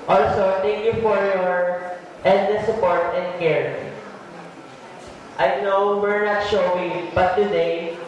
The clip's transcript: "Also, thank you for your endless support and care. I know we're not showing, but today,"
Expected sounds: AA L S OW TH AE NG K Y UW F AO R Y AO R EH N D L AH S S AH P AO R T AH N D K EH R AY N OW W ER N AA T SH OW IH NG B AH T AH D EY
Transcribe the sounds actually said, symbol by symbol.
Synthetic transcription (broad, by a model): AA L S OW T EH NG K Y UW F AO R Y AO R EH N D AH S S AH P AO R T AH N D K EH R AY N OW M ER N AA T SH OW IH B AH T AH D EY